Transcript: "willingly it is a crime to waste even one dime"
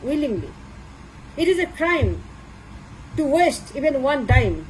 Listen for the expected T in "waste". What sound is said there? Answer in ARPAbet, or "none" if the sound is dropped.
T